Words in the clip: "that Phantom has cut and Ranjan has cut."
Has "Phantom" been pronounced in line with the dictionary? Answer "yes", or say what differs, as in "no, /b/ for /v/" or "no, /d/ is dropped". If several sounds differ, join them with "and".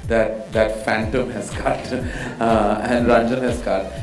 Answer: yes